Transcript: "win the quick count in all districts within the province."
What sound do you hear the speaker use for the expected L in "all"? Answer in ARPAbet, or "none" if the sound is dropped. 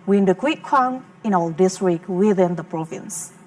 L